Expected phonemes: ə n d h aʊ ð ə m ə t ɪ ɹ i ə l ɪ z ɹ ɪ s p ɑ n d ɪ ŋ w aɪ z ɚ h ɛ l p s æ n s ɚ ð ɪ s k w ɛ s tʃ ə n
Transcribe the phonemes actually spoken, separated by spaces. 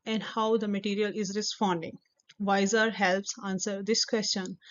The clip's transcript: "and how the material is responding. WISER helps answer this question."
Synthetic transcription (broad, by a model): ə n d h aʊ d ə m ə t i ɹ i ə l ɪ z ɹ ɪ s p ɑ n d ɪ ŋ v aɪ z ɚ h ɛ l p s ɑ n s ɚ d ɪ s k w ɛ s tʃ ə n